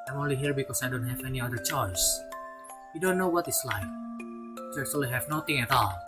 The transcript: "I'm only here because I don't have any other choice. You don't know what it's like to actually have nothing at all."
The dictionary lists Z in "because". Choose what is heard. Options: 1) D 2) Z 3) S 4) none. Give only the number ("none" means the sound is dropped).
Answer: 3